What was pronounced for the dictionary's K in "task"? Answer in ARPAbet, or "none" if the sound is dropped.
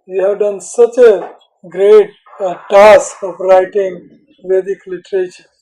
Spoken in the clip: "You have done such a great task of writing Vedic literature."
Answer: none